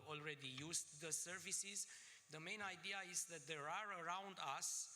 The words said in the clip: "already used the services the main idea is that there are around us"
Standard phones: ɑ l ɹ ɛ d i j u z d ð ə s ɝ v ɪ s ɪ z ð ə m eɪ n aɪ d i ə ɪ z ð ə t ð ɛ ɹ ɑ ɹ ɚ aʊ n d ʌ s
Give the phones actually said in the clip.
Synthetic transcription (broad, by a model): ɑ l ɹ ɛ d i j u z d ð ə s ɝ v ɪ s ɪ z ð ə m eɪ n aɪ d i ə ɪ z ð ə t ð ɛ ɹ ɑ ɹ ɚ aʊ n d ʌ s